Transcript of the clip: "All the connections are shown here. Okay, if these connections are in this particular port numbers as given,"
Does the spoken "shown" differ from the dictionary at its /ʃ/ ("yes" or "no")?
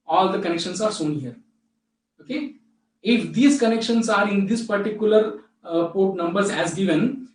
yes